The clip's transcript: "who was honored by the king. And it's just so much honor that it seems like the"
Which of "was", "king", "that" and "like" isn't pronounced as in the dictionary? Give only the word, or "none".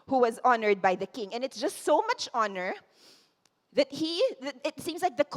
none